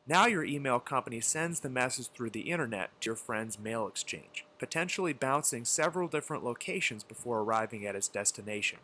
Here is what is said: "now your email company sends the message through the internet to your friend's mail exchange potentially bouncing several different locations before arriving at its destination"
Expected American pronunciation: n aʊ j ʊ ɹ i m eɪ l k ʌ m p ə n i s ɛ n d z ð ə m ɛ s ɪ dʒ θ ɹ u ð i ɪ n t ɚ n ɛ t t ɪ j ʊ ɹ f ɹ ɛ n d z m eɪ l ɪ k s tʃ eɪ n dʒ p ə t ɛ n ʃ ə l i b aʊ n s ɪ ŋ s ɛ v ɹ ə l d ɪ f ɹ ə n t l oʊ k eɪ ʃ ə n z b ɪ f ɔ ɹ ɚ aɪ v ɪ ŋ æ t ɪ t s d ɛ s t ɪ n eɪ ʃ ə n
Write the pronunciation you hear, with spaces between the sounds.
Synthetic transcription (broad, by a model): n aʊ j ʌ ɹ i m eɪ l k ʌ m p ə n i s ɛ n d z ð ə m ɛ s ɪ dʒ θ ɹ u ð i ɪ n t ɚ n ɛ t t ɪ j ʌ ɹ f ɹ ɛ n d z m eɪ l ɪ k s tʃ eɪ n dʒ p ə t ɛ n ʃ l i b aʊ n s ɪ ŋ s ɛ v ɹ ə l d ɪ f ɹ ə n t l oʊ k eɪ ʃ ə n z b ɪ f ɔ ɹ ɚ aɪ v ɪ ŋ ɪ t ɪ t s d ɛ s t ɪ n eɪ ʃ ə n